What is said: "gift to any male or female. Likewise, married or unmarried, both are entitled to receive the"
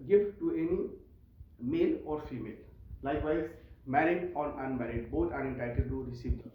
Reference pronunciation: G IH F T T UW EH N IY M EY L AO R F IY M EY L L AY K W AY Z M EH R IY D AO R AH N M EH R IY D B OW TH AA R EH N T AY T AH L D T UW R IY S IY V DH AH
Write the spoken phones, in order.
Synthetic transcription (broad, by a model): G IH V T T UW EH N IY M EY L AO R F IY M EY L L AY K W AY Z M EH R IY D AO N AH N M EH R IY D B OW T AA R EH N T AY T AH D T UW R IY S IY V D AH